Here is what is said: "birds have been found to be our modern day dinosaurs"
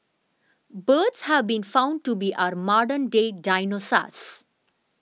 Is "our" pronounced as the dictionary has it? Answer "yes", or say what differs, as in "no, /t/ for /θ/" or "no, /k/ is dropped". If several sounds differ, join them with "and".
yes